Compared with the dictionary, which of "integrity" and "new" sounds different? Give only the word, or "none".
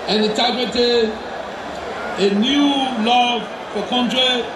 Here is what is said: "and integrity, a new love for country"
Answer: integrity